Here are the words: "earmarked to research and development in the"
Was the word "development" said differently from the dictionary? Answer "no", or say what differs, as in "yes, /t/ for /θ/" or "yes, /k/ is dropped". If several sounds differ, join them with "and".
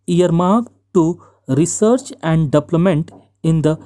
yes, /p/ is dropped